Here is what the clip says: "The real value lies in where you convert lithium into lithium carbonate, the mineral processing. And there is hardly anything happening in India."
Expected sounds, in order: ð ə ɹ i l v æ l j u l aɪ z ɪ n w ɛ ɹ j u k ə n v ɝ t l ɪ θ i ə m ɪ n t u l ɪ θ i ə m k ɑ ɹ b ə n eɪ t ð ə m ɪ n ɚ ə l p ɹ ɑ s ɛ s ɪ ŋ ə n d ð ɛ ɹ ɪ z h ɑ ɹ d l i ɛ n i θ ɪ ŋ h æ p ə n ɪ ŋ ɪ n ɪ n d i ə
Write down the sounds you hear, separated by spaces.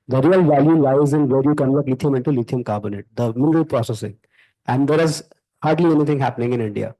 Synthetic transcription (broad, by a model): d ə ɹ i l v æ l j u l aɪ z ɪ n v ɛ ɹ j u k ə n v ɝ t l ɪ t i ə m ɪ n t u l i t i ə m k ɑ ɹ b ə n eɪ t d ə m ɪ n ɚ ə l p ɹ ɑ s ɛ s ɪ ŋ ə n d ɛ ɹ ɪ z h ɑ ɹ d l i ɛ n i t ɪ ŋ h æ p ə n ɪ ŋ ɪ n ɪ n d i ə